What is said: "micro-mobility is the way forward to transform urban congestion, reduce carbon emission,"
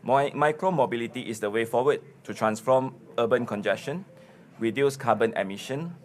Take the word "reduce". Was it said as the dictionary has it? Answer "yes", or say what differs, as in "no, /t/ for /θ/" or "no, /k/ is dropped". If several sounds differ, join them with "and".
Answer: no, /w/ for /ɹ/